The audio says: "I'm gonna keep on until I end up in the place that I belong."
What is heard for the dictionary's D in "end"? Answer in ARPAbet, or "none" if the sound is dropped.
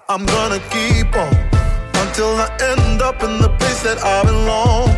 D